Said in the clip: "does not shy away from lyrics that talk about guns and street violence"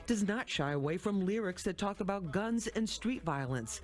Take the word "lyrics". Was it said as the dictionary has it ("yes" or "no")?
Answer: yes